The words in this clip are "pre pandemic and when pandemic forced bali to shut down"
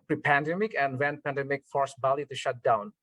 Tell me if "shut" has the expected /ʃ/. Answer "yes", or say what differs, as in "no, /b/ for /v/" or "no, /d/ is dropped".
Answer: yes